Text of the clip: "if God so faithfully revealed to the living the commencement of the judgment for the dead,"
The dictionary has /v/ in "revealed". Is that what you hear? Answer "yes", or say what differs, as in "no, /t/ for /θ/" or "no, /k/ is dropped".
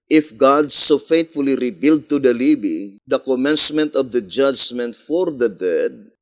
no, /b/ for /v/